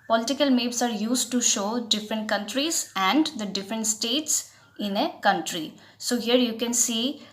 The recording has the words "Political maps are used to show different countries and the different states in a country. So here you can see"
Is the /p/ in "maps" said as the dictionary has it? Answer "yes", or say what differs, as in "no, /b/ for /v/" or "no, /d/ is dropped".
no, /b/ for /p/